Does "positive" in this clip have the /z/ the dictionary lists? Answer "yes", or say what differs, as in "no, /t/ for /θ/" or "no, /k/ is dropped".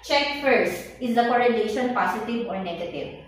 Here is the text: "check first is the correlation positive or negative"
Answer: no, /s/ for /z/